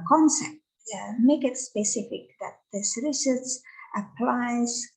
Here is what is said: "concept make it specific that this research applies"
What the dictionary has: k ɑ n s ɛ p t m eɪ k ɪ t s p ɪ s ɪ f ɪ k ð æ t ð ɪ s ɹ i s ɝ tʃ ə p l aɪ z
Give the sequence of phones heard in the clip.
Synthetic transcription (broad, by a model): k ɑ n s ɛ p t m eɪ k ɪ t s p ɪ s ɪ f ɪ k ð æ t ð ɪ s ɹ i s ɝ s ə p l aɪ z